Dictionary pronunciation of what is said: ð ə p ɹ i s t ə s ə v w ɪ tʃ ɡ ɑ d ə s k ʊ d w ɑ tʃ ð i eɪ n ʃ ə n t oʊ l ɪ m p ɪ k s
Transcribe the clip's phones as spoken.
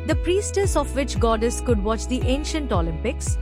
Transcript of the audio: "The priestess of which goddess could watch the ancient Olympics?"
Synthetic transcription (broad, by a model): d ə p ɹ i s t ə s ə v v ɪ tʃ ɡ ɑ d ə s k ʊ d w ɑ tʃ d i eɪ n ʃ ə n t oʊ l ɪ m p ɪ k s